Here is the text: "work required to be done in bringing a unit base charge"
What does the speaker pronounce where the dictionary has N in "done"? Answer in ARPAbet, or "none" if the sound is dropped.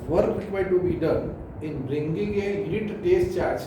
N